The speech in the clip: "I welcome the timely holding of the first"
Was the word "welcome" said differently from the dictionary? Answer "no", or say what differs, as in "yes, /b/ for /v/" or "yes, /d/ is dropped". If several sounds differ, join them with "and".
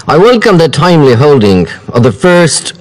no